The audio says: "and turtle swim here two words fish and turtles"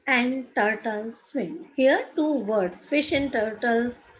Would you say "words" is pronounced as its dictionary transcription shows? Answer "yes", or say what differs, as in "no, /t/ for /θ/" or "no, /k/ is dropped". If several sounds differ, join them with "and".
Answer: no, /s/ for /z/